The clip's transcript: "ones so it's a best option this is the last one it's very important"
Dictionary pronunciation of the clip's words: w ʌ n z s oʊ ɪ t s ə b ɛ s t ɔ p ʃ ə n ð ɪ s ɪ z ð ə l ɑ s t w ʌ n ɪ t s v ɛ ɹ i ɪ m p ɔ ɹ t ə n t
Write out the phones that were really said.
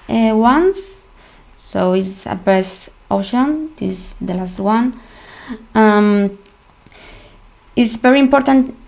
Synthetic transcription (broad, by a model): w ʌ n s s oʊ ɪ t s ə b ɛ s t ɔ ʃ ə n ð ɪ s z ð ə l ɑ s t w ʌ n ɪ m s v ɛ ɹ i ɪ m p ɔ ɹ t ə n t